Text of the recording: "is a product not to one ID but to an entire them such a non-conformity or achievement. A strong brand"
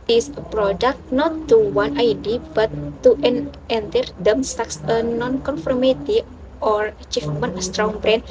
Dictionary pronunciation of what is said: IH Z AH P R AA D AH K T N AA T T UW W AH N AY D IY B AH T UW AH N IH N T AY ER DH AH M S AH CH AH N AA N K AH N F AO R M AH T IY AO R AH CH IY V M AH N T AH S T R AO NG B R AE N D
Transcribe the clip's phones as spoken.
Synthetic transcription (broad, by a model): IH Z AH P R AA D AH K T N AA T T UW W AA N AY D IY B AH T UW AH N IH N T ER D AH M S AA S AH N AA N K AH N F AO R M AH T IY AO R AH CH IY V M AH N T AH S T R AO NG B R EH N